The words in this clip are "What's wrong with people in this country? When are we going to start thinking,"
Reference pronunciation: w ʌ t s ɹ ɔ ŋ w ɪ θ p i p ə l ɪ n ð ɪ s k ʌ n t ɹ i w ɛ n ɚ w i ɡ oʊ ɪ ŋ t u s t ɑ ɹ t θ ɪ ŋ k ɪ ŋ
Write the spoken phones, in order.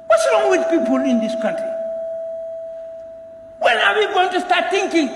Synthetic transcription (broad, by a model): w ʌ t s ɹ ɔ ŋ w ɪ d p i p ə l ɪ n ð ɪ s k ʌ n t ɹ i w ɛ l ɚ w i ɡ oʊ ɪ ŋ t u s t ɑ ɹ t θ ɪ ŋ k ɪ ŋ